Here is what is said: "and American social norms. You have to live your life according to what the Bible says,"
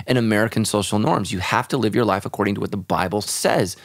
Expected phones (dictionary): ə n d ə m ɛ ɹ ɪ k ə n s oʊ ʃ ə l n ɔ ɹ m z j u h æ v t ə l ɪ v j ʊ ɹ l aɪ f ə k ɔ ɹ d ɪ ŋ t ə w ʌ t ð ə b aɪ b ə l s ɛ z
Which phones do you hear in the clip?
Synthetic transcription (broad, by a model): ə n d ə m ɛ ɹ ɪ k ə n s oʊ ʃ l n ɔ ɹ m z j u h æ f t ə l ɪ v j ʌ ɹ l aɪ f ə k ɔ ɹ d ɪ ŋ t ə w ʌ t ð ə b aɪ b l s ɛ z